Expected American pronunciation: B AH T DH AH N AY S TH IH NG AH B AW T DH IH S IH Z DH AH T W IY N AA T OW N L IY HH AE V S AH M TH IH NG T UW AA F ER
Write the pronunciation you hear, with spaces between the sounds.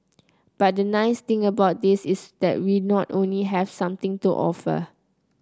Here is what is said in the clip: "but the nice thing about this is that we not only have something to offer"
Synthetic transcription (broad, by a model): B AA T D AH N AY S T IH NG AH B AW T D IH S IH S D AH T W IY N AA T OW N L IY HH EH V S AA M T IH NG T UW AA F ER